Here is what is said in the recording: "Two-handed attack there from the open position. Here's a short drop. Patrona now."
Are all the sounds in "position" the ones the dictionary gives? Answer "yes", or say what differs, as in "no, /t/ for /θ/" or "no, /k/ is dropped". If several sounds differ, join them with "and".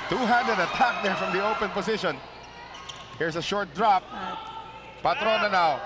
no, /s/ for /z/